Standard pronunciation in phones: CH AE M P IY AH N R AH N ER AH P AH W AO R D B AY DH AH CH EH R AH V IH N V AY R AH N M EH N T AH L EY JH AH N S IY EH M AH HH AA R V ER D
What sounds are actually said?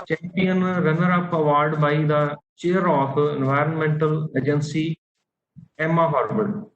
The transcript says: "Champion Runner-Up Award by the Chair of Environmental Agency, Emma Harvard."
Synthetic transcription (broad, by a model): CH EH M P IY AH N R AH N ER AH P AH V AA R D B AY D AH CH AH R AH F IH N V AY R AH N M EH N T AH L EY JH AH N S IY EH M AH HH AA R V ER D